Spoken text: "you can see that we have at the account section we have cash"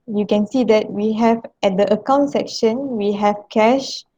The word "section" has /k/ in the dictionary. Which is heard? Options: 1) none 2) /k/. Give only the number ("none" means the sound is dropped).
2